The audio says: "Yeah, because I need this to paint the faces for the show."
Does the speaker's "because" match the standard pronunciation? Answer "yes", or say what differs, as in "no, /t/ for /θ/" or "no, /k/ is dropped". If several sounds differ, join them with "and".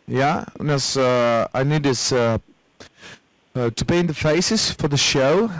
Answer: no, /z/ is dropped